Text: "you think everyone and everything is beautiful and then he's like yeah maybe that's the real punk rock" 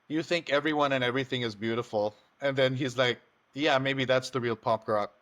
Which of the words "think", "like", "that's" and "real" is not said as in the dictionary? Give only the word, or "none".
none